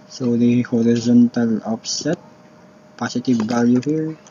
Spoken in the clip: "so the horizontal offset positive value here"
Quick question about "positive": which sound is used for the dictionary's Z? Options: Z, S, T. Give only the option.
S